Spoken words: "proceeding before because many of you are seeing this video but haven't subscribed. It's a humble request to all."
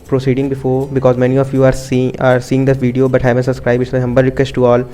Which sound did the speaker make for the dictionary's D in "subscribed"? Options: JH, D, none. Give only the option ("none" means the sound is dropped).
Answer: none